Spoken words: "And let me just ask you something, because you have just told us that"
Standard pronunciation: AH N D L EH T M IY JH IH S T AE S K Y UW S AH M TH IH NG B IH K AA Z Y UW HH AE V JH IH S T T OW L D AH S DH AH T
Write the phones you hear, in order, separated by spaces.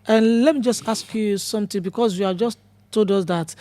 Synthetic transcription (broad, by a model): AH N L EH T M IY JH IH S T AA S K Y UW S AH M T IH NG B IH K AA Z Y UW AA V JH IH S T T OW L D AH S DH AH T